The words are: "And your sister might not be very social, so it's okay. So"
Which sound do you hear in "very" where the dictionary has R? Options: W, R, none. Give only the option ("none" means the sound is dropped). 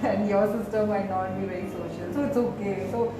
none